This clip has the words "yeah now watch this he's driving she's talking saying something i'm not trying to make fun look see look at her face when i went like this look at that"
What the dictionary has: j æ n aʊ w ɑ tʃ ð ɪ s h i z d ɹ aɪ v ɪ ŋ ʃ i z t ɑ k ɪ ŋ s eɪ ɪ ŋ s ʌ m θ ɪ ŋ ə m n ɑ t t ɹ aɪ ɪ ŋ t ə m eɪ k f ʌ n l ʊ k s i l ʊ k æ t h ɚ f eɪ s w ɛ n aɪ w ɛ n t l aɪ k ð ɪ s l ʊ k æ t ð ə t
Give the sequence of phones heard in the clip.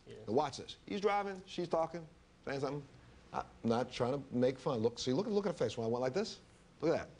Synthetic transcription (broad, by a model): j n w ɑ tʃ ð ɪ s h i z d ɹ aɪ v ɪ ŋ ʃ i z t ɑ k ɪ ŋ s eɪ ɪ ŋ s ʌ θ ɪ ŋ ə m n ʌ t t ɹ aɪ ɪ ŋ t ə m eɪ k f ʌ n l ʊ k s i l ʊ k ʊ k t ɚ f eɪ s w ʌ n aɪ w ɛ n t l aɪ k ð ɪ s l ʊ k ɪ t ð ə t